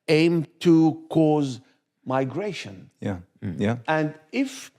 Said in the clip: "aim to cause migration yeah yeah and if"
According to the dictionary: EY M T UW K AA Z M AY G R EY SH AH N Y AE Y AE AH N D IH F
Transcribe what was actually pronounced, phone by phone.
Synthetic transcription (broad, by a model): EY M T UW K AA Z M AY G R EY SH AH N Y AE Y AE AH N D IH F